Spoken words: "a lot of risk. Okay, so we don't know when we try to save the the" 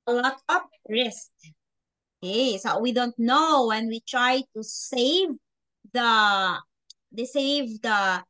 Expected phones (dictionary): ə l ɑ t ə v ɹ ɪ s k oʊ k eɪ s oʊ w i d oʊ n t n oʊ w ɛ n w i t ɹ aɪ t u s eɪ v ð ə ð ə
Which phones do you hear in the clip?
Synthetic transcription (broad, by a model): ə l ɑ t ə p ɹ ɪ s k oʊ k eɪ s oʊ w i d oʊ n t n oʊ w ɛ n w i t ɹ aɪ t u s eɪ v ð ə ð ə